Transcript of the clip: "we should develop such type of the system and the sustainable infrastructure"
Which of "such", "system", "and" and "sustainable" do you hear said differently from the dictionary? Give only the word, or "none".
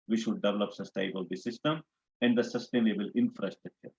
such